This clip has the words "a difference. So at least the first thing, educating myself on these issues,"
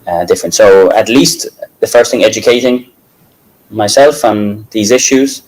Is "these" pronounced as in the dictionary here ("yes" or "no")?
yes